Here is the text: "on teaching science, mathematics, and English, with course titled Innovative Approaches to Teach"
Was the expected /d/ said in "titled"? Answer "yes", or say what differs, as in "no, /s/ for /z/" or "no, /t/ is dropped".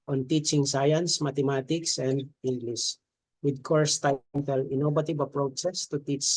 no, /d/ is dropped